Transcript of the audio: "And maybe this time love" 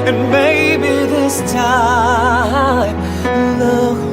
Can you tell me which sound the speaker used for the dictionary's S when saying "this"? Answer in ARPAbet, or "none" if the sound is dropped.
S